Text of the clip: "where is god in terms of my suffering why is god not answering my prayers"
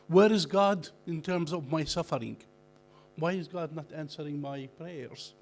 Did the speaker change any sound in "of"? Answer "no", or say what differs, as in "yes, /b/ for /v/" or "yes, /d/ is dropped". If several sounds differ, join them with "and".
no